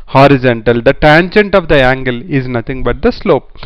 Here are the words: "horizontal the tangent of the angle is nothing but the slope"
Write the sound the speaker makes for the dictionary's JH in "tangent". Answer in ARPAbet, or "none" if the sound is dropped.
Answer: JH